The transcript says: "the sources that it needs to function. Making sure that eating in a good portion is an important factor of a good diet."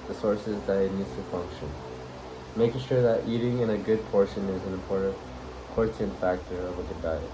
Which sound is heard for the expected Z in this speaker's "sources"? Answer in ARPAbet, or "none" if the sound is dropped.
Z